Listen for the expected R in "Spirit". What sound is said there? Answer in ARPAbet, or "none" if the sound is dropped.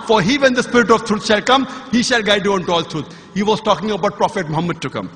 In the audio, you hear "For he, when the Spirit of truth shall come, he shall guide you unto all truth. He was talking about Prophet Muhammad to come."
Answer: R